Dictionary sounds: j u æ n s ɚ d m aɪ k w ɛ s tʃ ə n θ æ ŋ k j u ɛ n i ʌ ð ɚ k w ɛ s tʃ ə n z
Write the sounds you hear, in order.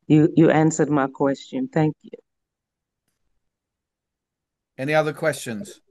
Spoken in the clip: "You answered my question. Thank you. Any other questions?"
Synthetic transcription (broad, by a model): j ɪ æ n s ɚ d m aɪ k w ɛ s tʃ ə n θ æ ŋ k j u ɛ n i ʌ ð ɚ k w ɛ s tʃ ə n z